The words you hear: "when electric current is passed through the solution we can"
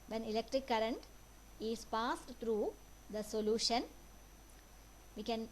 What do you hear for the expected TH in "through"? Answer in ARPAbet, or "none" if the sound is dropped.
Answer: T